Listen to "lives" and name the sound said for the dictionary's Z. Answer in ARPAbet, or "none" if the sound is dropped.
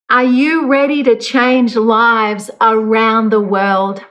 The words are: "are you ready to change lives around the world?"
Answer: Z